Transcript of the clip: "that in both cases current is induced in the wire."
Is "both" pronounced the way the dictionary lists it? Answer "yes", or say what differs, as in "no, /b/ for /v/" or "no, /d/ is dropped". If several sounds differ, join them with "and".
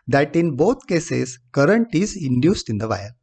no, /t/ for /θ/